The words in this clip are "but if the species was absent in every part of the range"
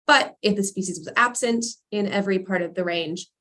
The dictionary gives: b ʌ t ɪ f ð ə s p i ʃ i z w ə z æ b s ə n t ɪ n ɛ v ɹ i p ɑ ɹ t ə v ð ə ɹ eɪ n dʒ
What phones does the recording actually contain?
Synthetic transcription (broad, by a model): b ʌ t ɪ f ð ə s p i ʃ i z w ə z æ b s ə n t ɪ n ɛ v ɹ i p ɑ ɹ t ə v ð ə ɹ eɪ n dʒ